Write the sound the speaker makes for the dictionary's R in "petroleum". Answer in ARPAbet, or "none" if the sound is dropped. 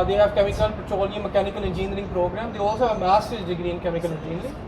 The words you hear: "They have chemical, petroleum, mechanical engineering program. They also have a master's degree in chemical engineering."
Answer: none